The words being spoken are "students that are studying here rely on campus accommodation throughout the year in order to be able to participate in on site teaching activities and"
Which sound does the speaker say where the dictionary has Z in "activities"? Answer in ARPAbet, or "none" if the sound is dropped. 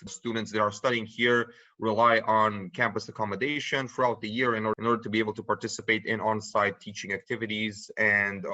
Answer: Z